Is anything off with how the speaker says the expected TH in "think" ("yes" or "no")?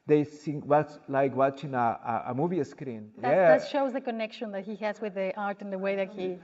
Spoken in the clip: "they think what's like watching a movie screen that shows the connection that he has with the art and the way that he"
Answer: yes